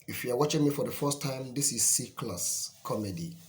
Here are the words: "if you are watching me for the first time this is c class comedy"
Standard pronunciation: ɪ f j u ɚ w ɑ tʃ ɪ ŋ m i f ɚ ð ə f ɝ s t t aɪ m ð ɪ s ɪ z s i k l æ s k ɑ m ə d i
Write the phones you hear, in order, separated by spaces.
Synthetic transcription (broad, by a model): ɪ f j u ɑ w ɑ tʃ ɪ ŋ m i f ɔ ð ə f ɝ s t t aɪ m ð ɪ s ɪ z s i k l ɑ s k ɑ m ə d i